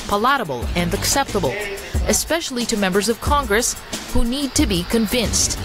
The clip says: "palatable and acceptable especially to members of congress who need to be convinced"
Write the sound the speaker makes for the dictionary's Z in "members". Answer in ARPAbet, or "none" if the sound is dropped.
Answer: Z